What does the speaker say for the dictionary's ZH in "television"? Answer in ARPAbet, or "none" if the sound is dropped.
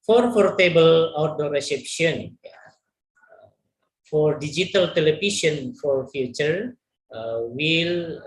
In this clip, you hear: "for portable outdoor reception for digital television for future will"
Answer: SH